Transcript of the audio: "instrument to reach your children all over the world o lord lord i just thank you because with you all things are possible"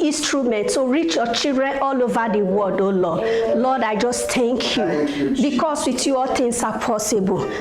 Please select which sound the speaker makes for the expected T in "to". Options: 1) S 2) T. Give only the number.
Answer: 1